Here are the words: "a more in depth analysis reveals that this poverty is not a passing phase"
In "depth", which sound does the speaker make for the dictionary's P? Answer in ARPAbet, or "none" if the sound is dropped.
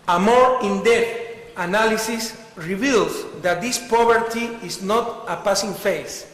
none